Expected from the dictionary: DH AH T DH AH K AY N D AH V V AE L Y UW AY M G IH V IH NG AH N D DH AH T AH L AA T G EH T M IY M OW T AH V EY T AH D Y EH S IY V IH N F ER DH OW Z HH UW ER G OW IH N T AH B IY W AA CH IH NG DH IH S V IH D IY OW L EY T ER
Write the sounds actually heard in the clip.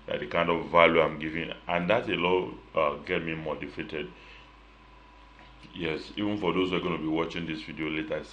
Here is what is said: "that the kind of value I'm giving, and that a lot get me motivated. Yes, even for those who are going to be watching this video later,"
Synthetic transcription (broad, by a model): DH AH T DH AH K AY N D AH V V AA L Y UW AY M G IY V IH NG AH N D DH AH T AH L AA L G EH T M IY M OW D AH F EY T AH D Y EH S IY V IH N F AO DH OW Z HH UW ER G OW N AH B IY W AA CH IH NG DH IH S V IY D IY OW L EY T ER